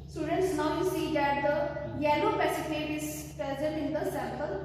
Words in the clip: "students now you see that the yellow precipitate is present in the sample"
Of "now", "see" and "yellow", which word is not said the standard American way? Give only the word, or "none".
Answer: yellow